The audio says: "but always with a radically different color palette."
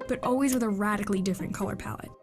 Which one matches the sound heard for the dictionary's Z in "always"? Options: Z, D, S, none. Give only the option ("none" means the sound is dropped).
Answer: Z